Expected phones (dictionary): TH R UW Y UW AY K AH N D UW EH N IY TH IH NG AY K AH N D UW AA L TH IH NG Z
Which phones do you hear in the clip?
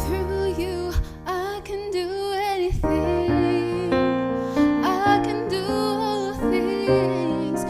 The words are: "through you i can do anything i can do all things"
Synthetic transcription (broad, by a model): R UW Y UW AY K AH N D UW EH N IY TH IH NG AY K AH N D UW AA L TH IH NG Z